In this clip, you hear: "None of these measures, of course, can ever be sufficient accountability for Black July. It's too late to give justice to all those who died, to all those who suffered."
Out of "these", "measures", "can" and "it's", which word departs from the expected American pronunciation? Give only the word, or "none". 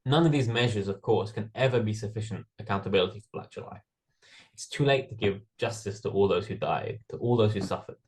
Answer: none